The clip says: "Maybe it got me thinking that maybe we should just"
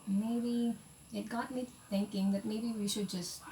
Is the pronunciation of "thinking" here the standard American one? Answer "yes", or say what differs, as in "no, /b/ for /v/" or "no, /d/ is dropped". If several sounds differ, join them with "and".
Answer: no, /t/ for /θ/